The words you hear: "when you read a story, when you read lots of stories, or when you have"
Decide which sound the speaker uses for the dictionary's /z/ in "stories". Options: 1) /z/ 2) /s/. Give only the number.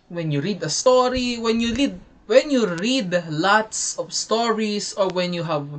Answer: 2